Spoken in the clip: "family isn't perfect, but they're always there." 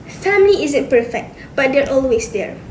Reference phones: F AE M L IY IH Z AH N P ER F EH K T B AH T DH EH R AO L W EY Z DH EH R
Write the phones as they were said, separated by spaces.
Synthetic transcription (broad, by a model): F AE M L IY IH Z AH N P ER F EH K T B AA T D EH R AO L W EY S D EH R